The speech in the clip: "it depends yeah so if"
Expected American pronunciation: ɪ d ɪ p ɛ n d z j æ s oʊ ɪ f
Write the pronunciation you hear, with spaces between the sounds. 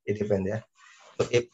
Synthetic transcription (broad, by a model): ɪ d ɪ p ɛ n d j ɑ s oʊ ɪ